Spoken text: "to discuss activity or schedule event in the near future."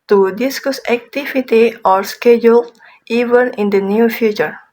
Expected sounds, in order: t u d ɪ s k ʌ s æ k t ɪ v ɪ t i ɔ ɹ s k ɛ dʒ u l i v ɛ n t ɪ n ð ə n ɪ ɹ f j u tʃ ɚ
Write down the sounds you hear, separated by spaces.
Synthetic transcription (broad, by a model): t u d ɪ s k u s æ k t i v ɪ t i ɔ ɹ s k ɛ dʒ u l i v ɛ n ɪ n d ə n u f j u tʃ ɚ